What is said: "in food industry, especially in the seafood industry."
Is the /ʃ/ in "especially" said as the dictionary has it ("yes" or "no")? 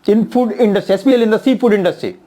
no